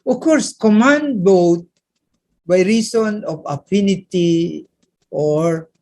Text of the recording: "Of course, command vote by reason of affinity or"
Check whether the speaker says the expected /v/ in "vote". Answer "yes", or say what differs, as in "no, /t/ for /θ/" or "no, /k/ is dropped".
no, /b/ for /v/